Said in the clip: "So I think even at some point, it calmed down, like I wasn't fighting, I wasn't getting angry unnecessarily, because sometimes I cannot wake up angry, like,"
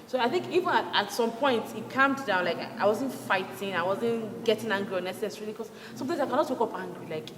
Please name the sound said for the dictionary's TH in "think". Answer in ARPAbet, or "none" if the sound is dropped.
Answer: TH